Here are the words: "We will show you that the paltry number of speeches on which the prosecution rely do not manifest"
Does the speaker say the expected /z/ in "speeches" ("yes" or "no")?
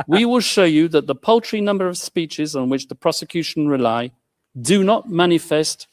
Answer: yes